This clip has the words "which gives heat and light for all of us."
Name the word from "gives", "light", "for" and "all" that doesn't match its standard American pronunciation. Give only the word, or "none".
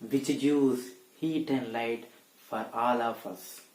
gives